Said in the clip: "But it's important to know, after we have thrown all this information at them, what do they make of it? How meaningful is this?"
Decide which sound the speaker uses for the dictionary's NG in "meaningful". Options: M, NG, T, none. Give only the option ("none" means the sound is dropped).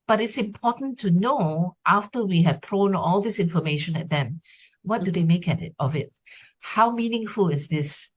NG